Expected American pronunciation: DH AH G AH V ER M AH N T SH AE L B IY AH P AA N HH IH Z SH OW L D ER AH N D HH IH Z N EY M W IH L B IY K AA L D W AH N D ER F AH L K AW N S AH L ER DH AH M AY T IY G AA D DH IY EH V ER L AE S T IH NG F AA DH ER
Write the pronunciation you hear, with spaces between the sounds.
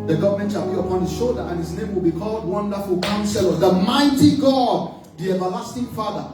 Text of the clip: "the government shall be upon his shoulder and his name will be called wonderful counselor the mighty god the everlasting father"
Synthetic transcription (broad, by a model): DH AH G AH V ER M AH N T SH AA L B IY AH P AA N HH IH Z SH OW L D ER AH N HH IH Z N EY M W IH L B IY K AA L D W AH N D ER F AH L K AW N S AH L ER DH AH M AY T IY G AA D DH IY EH V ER L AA S T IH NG F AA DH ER